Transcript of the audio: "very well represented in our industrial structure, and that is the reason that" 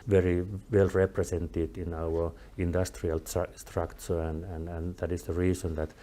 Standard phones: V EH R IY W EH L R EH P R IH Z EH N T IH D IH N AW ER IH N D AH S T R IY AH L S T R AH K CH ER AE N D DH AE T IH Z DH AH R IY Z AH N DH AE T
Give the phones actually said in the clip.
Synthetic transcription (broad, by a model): V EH R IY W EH L R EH P R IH S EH N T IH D IH N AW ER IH N D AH S T R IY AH L S T R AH K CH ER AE N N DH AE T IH S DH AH R IY S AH N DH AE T